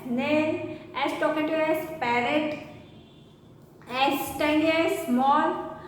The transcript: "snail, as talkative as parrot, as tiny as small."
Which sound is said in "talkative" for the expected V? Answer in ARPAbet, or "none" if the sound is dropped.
none